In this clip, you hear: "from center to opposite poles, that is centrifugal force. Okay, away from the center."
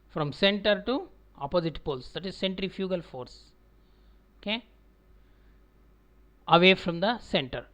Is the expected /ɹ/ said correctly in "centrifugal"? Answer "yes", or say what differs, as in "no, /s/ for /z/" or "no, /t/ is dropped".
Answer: yes